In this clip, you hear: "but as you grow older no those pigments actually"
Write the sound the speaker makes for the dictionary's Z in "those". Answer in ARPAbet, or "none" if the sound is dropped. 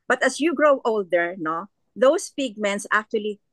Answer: S